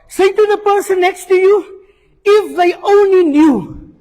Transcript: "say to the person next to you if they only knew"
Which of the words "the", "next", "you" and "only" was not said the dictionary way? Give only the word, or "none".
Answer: none